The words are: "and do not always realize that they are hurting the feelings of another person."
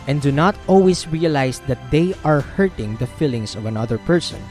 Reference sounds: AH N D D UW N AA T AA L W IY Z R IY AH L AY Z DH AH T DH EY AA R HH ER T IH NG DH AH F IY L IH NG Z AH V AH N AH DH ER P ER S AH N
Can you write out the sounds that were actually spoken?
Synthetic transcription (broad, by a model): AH N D D UW N AA T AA L W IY S R IY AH L AY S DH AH T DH EY AA R HH ER T IH NG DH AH F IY L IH NG S AH V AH N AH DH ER P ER S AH N